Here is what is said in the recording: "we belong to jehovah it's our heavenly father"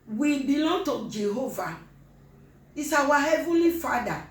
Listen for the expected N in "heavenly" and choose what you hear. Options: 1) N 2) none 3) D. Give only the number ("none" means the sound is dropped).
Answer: 2